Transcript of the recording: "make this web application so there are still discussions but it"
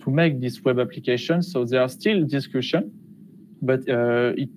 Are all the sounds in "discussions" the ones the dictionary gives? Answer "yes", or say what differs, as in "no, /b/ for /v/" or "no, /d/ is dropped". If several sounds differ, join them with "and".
no, /z/ is dropped